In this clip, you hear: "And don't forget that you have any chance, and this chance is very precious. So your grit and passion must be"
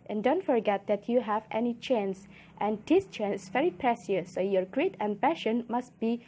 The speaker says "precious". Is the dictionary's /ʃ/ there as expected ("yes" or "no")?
no